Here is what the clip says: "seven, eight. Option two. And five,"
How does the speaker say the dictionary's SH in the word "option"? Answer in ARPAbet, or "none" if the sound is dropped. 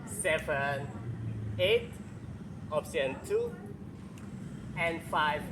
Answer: S